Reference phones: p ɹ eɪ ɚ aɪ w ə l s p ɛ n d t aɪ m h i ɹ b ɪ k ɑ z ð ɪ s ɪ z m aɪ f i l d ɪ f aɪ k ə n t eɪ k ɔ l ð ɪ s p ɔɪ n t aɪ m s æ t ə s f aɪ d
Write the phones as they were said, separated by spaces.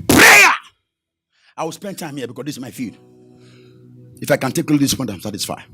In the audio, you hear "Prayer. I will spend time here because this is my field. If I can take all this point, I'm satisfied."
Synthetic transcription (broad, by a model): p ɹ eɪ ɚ aɪ w ə l s p ɛ n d t aɪ m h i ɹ b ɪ k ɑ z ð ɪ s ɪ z m aɪ f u d ɪ f aɪ k ə n t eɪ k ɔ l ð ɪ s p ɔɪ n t aɪ m s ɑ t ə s f aɪ